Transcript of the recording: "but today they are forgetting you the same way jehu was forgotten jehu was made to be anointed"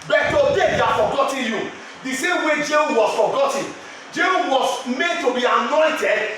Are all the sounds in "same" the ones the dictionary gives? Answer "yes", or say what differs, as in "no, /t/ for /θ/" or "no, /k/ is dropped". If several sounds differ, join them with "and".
yes